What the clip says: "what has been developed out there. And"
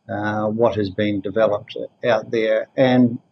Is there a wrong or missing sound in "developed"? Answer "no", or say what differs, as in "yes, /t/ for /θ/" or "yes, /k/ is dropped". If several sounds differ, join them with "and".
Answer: no